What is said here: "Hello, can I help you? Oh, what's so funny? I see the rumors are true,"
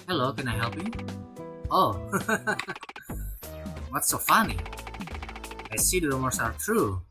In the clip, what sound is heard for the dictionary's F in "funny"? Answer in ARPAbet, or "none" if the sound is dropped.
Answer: F